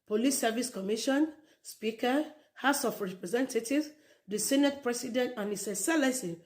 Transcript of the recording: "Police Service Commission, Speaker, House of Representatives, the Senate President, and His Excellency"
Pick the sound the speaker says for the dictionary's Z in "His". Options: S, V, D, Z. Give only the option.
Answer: S